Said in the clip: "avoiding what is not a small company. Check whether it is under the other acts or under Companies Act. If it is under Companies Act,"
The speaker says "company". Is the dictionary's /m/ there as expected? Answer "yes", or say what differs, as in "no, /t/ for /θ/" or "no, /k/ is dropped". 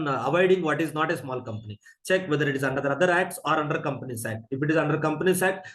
yes